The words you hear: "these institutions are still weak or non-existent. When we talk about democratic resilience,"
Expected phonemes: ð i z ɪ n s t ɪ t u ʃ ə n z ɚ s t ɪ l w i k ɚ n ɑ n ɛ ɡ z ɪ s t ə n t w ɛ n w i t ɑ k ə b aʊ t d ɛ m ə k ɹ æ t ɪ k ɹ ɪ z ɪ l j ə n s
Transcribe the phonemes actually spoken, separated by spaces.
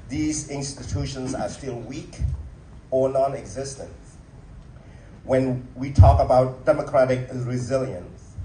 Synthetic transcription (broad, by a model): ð i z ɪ n s t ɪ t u ʃ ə n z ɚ s t ɪ l w i k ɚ n ɑ n ɛ ɡ z ɪ s t ə n t w ɛ n w i t ɑ k ə b aʊ t d ɛ m ə k ɹ æ t ɪ k ɹ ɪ z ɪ l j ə n s